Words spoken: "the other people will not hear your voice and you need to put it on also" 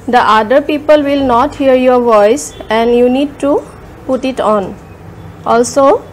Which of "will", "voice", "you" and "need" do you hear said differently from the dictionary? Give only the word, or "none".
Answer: none